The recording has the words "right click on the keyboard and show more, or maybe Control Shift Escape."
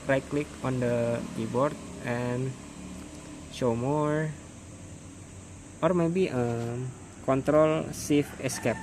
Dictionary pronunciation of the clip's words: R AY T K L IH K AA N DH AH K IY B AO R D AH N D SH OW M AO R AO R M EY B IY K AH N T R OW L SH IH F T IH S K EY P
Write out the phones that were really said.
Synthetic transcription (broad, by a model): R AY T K L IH K AA N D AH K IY B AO R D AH N SH OW M AO R AO R M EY B IY K AH N T R OW L S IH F IH S K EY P